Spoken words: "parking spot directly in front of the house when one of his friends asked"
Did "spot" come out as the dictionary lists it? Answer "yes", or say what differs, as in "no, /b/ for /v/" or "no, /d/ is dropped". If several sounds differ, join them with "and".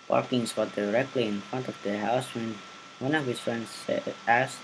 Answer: no, /f/ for /p/